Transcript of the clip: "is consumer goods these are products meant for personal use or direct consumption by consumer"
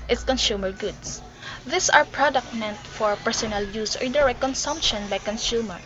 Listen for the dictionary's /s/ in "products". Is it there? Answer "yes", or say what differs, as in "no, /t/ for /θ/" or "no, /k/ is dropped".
no, /s/ is dropped